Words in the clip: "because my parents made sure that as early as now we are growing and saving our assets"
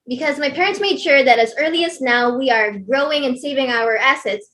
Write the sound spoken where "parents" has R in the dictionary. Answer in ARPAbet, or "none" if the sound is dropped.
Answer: R